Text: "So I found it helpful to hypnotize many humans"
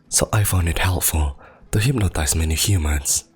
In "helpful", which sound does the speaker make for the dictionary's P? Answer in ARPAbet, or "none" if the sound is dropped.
P